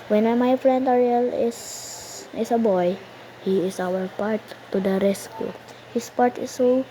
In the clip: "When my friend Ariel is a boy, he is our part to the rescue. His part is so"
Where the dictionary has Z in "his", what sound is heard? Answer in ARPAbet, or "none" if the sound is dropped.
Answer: S